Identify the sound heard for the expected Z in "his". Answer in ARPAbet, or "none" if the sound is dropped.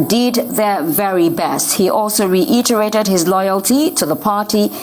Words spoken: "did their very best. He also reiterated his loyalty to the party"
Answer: Z